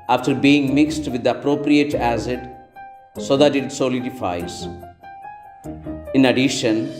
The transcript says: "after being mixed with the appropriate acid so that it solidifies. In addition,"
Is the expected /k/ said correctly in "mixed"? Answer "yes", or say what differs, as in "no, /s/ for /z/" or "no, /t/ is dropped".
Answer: yes